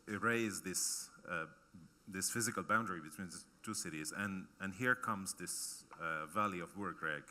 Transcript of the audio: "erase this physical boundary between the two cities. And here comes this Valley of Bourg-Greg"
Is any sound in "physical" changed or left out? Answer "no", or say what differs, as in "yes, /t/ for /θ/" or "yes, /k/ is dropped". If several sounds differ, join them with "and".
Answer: no